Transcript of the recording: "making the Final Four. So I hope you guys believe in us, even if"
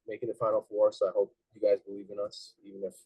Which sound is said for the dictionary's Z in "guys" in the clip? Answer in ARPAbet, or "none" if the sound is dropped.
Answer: Z